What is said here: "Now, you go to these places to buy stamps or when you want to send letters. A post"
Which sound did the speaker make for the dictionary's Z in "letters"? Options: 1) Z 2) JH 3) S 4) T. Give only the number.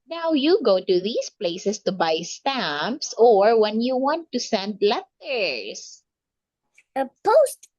3